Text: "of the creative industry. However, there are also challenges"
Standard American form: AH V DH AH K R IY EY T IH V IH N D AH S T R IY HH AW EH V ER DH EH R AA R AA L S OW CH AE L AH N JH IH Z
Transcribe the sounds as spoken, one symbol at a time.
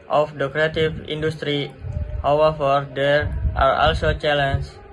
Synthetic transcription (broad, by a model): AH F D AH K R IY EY T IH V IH N D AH S T R IY HH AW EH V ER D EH R AA R AA L S OW CH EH L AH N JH